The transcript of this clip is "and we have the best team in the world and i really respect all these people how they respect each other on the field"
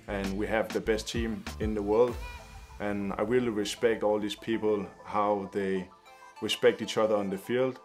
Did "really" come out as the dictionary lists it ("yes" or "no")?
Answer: no